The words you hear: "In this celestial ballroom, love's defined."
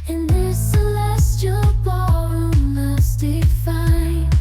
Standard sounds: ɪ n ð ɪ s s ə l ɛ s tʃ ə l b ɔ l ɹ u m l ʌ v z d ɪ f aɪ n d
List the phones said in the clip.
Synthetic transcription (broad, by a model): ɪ n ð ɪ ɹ s ə l ɛ s tʃ ə l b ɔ ɹ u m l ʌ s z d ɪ f aɪ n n